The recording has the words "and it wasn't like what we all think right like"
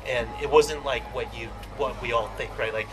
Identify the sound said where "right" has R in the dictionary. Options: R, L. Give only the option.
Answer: R